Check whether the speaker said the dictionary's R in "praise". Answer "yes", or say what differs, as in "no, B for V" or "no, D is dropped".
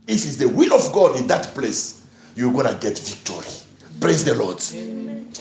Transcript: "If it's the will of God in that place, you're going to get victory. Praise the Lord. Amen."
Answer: no, L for R